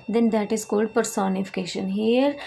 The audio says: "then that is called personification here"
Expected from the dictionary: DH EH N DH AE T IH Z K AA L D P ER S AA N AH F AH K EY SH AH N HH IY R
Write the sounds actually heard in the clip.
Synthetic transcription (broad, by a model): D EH N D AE T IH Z K AA L D P ER S AA N AH F AH K EY SH AH N HH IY R